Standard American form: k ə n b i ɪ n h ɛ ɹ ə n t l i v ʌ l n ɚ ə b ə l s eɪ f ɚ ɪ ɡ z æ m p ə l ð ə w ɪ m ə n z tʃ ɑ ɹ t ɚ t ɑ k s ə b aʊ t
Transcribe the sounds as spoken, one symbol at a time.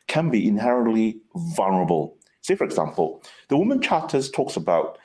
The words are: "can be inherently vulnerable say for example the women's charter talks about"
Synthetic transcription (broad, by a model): k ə n b i ɪ n h ɛ ɹ ə n t l i v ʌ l n ɚ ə b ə l s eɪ f ɚ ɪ ɡ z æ m p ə l ð ə w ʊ m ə n tʃ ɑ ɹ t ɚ t ɑ k s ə b aʊ t